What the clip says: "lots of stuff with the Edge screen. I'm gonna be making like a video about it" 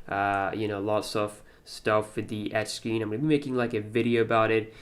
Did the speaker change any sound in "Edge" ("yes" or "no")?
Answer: yes